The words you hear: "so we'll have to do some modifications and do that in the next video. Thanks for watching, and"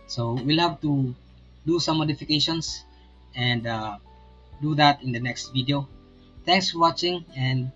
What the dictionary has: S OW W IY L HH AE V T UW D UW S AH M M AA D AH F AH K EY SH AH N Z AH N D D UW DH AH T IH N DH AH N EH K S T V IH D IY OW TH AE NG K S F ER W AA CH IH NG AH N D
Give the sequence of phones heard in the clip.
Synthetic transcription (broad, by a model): S OW W IY L HH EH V T UW D UW S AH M M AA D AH F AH K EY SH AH N S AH N D D UW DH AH T IH N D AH N EH K S T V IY D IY OW T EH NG K S F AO W AA CH IH NG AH N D